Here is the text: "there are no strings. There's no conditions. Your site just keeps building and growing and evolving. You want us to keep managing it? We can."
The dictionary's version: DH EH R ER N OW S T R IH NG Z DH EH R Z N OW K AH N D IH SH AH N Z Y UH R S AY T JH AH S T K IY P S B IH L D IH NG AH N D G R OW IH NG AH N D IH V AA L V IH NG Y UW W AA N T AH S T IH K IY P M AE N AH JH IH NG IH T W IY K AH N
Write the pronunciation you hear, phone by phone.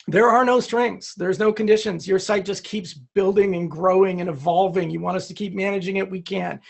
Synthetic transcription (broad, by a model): DH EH R ER N OW S T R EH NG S DH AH R Z N OW K AH N D IH SH AH N Z Y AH R S AY T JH AH S K IY P S B IH L D IH NG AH N G R OW IH NG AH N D IH V AA L V IH NG Y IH W AA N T AH S T IH K IY P M AE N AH JH IH NG IH T W IY K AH N